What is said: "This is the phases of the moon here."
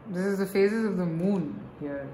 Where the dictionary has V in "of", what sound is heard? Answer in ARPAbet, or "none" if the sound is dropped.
V